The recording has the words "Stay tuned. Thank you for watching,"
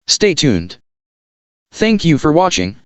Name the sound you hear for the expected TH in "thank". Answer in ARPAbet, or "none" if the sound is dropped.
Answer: TH